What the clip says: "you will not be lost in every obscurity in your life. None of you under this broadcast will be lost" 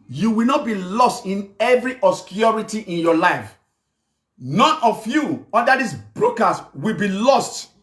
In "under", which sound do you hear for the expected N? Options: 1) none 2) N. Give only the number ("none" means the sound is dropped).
1